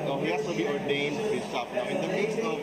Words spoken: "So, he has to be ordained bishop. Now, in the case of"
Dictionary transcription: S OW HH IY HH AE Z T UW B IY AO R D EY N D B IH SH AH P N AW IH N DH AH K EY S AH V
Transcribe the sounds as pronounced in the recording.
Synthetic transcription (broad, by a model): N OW HH IY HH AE S T UW B IY AO R D EY N D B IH S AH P N AW IH N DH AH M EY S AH